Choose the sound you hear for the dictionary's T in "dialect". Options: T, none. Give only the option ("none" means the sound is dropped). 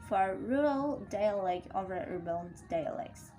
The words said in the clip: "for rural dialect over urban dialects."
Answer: none